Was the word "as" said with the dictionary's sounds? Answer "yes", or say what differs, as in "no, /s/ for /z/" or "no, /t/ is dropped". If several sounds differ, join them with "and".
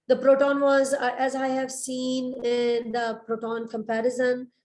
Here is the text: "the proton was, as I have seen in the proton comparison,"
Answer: yes